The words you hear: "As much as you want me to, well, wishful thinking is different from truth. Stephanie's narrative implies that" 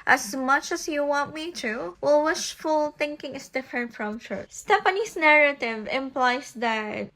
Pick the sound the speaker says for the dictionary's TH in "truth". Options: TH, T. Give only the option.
T